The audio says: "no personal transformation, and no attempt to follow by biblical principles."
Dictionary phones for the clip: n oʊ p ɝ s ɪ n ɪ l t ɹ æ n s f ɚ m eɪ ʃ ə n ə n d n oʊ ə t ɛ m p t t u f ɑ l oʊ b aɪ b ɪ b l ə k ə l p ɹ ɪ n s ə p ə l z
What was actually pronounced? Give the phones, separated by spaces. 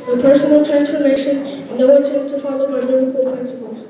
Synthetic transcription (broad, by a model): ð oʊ p ɝ s ɪ n ɪ l t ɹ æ n s f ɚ m eɪ ə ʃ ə n n oʊ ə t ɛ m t t u f ɑ l oʊ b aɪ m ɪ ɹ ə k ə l p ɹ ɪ n s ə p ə l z